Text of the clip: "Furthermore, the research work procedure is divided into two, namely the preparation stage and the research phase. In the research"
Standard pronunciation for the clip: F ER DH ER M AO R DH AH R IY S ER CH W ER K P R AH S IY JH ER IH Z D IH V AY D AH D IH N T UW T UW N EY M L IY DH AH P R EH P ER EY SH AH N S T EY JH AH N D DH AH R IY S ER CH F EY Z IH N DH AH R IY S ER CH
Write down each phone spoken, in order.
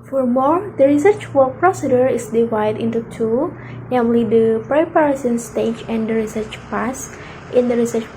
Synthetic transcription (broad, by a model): F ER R M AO R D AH R IY S ER CH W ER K P R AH S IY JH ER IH S D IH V AY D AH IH N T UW T UW N EY M L IY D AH P R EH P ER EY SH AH N S T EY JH AH N D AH R IY S ER CH P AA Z IH N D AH R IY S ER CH